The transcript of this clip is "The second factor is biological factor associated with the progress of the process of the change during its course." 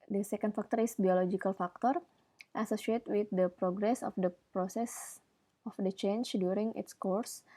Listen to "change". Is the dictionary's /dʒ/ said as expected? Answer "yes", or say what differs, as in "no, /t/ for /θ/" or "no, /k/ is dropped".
no, /tʃ/ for /dʒ/